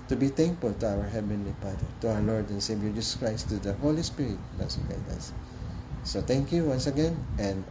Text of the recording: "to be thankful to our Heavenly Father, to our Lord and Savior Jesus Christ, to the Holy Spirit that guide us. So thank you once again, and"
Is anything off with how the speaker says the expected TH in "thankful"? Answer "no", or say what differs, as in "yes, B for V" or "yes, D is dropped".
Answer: yes, T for TH